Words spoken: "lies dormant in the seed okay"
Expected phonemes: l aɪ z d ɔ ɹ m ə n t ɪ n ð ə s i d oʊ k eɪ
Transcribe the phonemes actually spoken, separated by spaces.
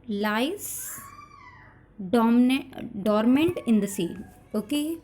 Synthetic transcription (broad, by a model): l aɪ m d ɔ ɹ m ə n t ɪ n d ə s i oʊ k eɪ